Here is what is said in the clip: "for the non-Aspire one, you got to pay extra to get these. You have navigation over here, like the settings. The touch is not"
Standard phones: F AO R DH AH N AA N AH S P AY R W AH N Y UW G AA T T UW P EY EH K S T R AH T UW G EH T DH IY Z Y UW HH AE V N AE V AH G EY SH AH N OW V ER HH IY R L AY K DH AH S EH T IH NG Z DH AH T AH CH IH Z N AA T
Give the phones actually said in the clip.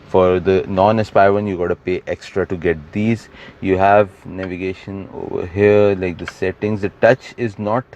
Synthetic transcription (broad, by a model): F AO R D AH N AA N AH S P AY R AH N Y UW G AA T T UW P EY EH K S T R AH T UW G EH T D IY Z Y UW HH AE V N AE V AH G EY SH AH N OW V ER HH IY R L AY K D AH S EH T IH NG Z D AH T AH CH IH Z N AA T